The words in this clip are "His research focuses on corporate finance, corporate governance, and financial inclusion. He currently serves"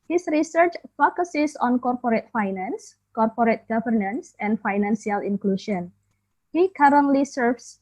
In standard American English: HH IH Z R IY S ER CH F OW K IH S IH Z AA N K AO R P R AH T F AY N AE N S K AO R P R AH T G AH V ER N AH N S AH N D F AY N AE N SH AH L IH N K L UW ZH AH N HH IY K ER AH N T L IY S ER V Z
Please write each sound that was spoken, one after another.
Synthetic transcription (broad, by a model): HH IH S R IY S ER CH F OW K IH S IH S AA N K AO R P R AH T F AY N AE N S K AO R P R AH T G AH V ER N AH N S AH N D F AY N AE N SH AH L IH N K L UW SH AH N HH IY K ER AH N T L IY S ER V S